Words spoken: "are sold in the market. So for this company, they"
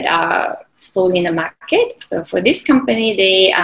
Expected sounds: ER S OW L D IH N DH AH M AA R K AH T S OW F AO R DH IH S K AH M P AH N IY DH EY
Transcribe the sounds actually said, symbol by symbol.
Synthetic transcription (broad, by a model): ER S OW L IH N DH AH M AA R K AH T S OW F AO R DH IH S K AH M P AH N IY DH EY